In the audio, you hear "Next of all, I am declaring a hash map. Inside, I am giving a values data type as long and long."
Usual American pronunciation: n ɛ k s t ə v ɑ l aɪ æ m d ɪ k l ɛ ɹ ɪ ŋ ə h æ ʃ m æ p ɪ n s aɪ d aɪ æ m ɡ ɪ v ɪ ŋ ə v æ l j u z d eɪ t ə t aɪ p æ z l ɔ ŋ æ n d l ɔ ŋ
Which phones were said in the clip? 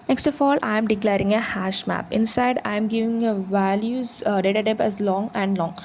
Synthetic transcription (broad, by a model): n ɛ k s t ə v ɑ l aɪ m d ɪ k l ɛ ɹ ɪ ŋ ə h æ ʃ m æ p ɪ n s aɪ d aɪ m ɡ ɪ v ɪ ŋ ə v æ l j u z d eɪ t ə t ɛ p æ z l ɔ ŋ æ n d l ɔ ŋ